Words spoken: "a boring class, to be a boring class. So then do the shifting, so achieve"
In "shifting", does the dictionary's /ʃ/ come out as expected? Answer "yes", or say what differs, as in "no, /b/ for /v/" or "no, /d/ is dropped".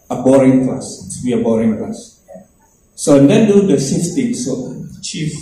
no, /s/ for /ʃ/